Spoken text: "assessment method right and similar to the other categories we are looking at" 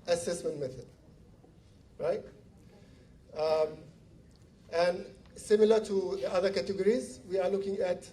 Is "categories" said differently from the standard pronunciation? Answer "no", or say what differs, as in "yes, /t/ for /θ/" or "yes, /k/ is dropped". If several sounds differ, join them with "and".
no